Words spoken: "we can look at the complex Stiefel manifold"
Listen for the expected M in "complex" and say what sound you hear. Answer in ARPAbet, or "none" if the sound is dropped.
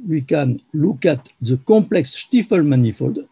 M